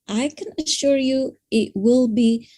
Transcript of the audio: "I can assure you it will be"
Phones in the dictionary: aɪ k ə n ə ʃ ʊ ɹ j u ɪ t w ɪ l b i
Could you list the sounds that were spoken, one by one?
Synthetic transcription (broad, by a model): aɪ k ə n ə ʃ ʊ ɹ j u ɪ t w ɪ l b i